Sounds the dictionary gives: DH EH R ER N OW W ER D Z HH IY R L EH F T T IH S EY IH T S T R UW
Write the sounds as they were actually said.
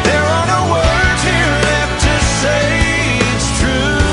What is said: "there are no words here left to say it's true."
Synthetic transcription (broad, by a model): DH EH R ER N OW W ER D HH IY R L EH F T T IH S EY IH T S T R UW